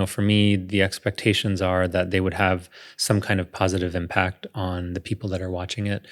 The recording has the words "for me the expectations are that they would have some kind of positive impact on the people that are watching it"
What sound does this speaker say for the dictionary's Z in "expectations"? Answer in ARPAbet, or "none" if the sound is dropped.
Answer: Z